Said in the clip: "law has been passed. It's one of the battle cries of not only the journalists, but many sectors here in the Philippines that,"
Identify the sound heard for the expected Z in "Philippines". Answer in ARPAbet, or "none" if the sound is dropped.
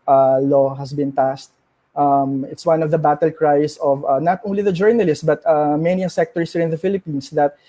S